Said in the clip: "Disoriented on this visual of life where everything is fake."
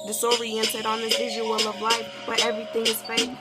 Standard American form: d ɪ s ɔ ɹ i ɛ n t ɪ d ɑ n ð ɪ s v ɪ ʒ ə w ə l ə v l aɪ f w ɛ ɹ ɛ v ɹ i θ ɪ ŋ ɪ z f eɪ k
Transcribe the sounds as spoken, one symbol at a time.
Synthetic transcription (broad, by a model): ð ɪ s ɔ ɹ i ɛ n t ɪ d n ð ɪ v ɪ ʒ ə w ə l ə v l aɪ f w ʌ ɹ ɛ v ɹ i θ ɪ ŋ ɪ z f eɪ